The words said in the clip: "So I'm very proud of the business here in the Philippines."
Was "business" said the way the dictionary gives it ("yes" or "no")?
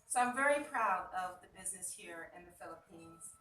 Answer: yes